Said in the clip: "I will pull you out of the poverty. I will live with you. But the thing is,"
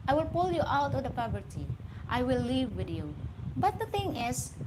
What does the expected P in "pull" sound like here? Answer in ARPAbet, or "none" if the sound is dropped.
P